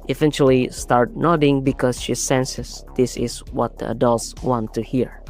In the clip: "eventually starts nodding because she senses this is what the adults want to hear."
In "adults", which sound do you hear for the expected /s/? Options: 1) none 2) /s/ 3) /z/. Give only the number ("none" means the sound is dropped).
2